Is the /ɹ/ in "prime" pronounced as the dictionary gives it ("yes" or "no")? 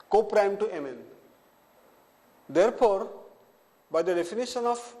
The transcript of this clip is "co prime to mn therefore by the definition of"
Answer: yes